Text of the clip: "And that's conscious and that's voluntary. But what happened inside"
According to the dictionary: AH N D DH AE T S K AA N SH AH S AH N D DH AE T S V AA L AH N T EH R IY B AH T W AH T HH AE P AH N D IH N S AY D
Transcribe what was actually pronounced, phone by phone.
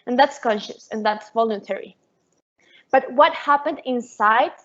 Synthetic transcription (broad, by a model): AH N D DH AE T S K AA N SH AH S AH N DH AE T S V AA L AH N T EH R IY B AH T W AH T HH AE P AH N D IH N S AY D